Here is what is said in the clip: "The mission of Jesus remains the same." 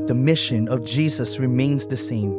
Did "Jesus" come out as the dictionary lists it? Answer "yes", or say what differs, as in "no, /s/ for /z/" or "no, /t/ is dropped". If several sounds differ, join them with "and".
yes